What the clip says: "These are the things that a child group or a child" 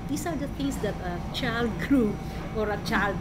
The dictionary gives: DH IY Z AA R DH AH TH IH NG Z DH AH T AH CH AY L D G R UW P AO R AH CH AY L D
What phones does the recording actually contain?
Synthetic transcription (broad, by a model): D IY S AA R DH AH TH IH NG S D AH T AH CH AY L D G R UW AO R AH CH AY L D